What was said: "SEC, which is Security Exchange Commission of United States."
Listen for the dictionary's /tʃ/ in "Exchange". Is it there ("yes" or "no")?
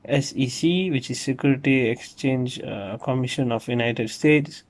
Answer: yes